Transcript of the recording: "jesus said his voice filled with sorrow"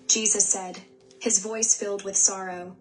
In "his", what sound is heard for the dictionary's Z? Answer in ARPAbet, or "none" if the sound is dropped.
Z